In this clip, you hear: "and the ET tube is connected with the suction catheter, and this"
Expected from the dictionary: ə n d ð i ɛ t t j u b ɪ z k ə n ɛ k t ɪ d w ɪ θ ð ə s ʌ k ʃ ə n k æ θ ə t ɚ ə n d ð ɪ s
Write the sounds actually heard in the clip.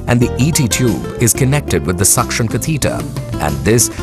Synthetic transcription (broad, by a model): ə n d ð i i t t j u b ɪ z k ə n ɛ k t ɪ d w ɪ ð ə s ʌ k ʃ ə n k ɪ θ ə t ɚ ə n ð ɪ s